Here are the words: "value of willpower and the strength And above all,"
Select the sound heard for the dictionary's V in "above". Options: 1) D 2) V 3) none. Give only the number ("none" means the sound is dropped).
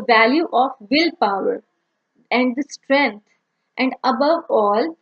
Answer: 2